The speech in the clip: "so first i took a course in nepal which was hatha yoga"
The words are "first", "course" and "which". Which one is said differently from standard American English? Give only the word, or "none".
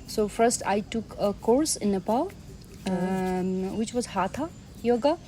none